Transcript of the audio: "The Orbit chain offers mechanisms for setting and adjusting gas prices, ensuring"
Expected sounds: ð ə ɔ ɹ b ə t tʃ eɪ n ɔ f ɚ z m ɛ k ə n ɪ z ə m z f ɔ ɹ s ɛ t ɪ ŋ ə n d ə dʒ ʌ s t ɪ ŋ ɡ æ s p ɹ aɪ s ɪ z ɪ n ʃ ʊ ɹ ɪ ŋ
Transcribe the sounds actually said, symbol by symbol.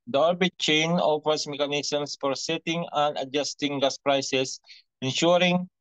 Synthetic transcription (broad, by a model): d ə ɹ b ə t tʃ eɪ n ɔ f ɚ s m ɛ k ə n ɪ s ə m s f ɔ ɹ s ɛ t ɪ ŋ ə n d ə dʒ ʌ s t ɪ ŋ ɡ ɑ s p ɹ aɪ s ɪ s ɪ n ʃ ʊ ɹ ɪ ŋ